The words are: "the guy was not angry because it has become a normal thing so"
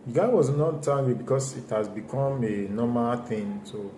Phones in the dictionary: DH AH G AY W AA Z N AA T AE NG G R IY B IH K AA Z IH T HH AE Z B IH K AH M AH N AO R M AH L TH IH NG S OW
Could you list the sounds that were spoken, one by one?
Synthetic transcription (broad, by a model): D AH G AY W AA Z N AA T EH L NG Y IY B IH K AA S IH T HH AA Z B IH K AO M AH N AO M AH L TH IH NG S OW